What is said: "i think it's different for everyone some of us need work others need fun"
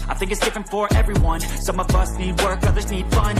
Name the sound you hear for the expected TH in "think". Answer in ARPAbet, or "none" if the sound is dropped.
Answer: TH